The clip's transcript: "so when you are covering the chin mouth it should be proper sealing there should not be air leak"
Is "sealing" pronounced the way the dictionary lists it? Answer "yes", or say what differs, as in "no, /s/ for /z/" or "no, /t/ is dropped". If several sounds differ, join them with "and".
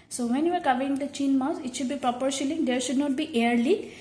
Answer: no, /ʃ/ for /s/